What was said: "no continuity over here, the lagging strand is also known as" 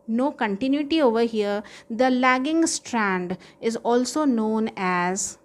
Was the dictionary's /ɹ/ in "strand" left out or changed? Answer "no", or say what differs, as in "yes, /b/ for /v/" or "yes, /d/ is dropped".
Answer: no